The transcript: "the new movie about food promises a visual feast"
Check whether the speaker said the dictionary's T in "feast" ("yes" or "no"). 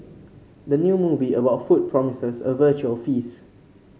no